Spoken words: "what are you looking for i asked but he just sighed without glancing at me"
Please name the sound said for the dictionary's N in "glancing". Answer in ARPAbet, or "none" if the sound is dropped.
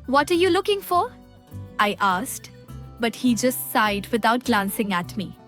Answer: N